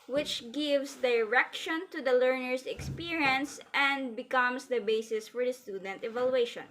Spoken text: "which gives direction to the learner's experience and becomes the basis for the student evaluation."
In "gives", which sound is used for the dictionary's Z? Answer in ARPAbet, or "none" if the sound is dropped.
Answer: S